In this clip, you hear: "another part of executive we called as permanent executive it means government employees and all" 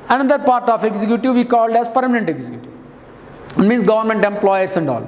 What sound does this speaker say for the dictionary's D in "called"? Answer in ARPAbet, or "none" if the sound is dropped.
D